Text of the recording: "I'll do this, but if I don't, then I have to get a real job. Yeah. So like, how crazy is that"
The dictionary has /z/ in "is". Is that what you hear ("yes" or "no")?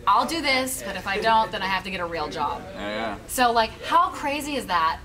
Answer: yes